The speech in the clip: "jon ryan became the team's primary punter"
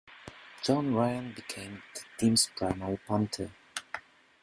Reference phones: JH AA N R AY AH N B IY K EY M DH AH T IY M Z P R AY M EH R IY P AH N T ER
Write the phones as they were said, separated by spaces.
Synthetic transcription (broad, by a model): JH AA N R AY AH N B IY K EY M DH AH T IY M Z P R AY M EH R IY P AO N T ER